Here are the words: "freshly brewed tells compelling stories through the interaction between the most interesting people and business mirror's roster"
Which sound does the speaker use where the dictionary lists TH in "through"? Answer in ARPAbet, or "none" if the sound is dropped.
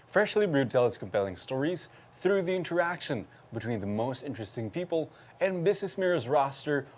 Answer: TH